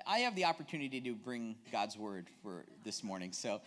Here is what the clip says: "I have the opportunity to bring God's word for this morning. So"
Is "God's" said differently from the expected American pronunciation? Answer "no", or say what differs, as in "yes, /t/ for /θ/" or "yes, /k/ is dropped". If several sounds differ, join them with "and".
no